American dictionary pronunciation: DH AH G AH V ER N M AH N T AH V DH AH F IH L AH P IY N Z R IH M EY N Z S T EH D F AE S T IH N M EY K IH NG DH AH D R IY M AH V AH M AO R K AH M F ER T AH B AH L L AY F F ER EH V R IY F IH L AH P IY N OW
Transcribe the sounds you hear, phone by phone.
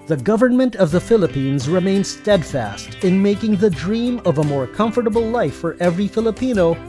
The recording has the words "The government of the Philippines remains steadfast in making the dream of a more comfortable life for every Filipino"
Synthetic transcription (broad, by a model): DH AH G AH V ER N M AH N T AH V DH AH F IH L AH P IY N Z R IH M EY N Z S T EH D F AE S T IH N M EY K IH NG DH AH D R IY M AH V AH M AO R K AH M F ER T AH B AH L L AY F F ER EH V R IY F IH L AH P IY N OW